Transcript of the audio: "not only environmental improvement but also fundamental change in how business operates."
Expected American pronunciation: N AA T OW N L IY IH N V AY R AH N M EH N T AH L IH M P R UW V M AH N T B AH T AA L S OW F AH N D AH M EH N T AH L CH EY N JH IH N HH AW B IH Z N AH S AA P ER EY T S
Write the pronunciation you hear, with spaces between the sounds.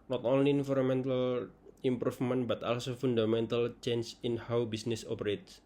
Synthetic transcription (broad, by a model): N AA T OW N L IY N F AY R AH M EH N T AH L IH M P R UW F M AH N B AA T AA L S OW F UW N D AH M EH N T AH L CH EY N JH IH N HH AW B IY S N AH S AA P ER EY T S